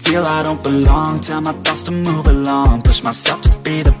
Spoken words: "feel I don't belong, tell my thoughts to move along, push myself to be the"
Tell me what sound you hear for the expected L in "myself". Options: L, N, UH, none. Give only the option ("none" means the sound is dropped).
none